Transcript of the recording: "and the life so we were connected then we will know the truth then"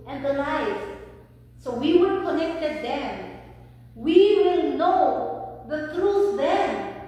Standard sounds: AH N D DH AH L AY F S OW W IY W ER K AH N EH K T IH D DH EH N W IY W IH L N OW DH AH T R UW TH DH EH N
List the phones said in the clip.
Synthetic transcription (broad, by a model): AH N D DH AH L AY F S OW W IY W ER K AH N EH K T IH D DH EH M W IY W IH L N OW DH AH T R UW S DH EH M